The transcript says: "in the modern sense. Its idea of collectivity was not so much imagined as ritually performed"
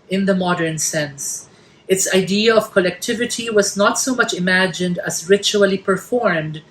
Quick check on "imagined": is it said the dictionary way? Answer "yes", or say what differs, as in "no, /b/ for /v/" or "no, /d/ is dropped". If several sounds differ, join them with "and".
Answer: yes